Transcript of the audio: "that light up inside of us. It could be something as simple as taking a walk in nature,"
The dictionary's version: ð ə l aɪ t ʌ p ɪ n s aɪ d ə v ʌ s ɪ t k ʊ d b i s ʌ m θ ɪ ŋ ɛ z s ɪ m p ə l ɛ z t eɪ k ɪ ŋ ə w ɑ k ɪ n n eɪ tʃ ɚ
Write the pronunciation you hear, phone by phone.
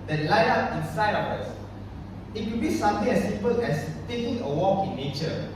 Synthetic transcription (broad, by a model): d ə l aɪ ɑ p ɪ n s aɪ d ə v ʌ s ɪ t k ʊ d b i s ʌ m t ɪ ŋ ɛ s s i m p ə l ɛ s t eɪ k ɪ ŋ ə w ɑ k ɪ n n eɪ tʃ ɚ